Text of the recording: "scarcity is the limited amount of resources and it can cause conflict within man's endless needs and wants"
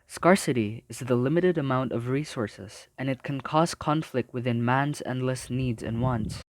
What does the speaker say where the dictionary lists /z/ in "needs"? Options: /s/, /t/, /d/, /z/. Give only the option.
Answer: /z/